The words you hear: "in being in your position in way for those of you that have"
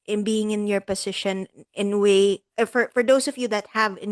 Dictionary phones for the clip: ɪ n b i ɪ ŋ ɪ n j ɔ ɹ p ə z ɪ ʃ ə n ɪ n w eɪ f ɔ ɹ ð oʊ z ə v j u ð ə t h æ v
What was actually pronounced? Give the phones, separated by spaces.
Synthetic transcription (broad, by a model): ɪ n b i ɪ ŋ ɪ n j ɔ ɹ p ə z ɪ ʃ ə n ɪ n w eɪ f ɔ ɹ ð oʊ s ə v j u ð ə t h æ v